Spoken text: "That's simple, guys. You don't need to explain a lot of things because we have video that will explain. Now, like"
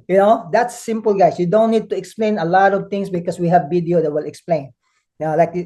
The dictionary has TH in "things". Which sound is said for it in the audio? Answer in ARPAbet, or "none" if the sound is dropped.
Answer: T